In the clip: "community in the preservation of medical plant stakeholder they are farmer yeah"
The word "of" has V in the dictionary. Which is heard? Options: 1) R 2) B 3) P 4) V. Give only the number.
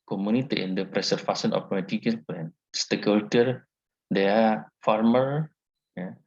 3